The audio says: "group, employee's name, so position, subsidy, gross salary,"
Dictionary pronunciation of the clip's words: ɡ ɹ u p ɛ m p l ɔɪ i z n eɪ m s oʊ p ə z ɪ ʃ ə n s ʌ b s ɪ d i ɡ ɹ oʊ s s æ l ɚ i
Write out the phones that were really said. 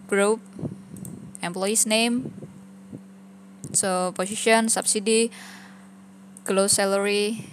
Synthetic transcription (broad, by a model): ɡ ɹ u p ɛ m p l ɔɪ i s n eɪ m s oʊ p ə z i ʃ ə n s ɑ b s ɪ d i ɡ l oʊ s s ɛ l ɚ i